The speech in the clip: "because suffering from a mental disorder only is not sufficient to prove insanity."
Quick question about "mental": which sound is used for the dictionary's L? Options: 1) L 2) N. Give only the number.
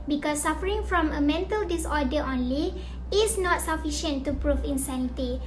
1